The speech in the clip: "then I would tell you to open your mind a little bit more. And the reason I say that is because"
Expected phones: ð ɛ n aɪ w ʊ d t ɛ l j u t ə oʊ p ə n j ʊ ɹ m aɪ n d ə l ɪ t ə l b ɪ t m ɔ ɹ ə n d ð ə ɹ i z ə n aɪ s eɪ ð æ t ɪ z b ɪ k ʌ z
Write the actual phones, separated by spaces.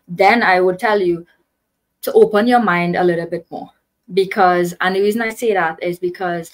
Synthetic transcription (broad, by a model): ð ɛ n aɪ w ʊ d t ɛ l j u t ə oʊ p ə n j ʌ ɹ m aɪ n d ə l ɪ t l b ɪ t m ɔ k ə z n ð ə ɹ i z ə n aɪ s eɪ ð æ t ɪ z b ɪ k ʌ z